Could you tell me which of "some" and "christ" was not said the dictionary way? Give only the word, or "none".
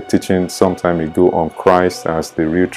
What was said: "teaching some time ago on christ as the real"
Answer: none